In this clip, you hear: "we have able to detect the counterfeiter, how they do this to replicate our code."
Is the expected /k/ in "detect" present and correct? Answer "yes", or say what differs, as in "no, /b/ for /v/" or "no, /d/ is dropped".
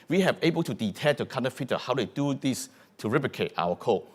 no, /k/ is dropped